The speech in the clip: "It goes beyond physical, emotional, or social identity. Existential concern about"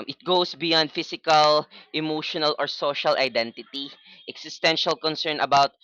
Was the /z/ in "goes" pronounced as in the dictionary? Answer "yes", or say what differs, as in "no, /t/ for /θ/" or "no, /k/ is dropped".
no, /s/ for /z/